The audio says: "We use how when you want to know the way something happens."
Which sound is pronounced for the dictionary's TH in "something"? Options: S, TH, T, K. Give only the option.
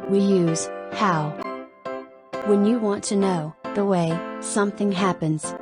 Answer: TH